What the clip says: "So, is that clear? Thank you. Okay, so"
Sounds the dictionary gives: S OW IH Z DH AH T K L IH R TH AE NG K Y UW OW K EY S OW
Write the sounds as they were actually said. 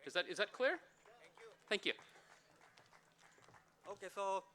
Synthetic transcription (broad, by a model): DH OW IH Z DH AH T K L IH R TH AE NG K Y UW OW K EY S OW